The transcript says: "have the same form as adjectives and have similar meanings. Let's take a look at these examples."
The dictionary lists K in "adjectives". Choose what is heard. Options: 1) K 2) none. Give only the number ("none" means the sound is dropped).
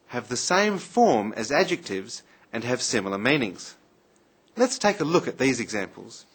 1